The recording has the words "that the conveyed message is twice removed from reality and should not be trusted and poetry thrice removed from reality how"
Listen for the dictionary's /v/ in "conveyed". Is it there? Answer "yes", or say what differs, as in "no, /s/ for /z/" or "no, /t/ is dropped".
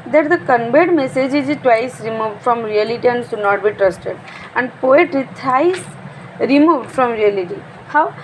no, /b/ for /v/